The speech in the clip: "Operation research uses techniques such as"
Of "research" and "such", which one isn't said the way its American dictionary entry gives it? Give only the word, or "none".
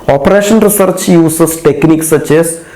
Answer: none